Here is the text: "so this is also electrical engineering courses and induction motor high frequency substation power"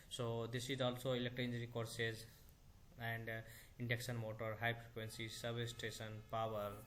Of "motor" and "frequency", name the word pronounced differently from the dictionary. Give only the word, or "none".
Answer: frequency